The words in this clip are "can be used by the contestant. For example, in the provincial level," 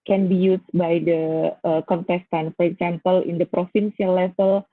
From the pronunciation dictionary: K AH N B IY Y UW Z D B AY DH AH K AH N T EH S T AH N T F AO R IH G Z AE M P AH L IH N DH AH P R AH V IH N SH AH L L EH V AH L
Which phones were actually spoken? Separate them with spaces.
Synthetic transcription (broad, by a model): K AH N B IY Y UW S B AY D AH K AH N T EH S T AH N F AO R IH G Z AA M P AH L IH N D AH P R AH F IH N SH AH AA L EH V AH L